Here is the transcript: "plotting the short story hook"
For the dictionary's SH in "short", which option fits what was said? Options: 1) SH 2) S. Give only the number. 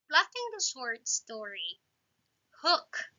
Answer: 2